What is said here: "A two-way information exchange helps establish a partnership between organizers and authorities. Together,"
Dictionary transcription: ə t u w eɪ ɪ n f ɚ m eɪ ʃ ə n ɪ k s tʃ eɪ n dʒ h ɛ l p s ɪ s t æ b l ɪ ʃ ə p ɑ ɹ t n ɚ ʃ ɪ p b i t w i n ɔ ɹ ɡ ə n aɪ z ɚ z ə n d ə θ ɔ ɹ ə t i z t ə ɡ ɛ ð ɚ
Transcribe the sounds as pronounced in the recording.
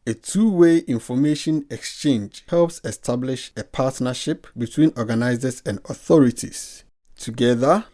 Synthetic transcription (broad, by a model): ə t u w eɪ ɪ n f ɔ m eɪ ʃ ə n ɪ k s tʃ eɪ n dʒ h ɛ l p s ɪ s t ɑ b l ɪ ʃ ə p ɑ t n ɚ ʃ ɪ p b i t w i n ɔ ɡ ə n aɪ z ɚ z ə n d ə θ ɔ ɹ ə t i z t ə ɡ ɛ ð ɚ